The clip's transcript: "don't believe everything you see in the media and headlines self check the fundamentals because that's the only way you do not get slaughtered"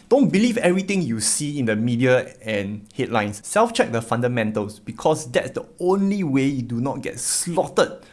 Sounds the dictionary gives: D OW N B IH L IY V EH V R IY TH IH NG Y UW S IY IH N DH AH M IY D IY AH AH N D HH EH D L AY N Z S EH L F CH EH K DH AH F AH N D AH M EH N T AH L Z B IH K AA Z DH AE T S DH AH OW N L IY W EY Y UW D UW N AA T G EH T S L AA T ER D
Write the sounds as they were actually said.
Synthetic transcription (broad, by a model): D OW N B IH L IY V EH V R IY T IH NG Y UW S IY IH N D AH M IY D IY AH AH N HH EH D L AY N S EH L F CH EH K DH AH F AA N D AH M EH N T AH L S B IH K AA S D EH T S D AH OW N L IY W EY Y UW D UW N AA T G EH T S L AA T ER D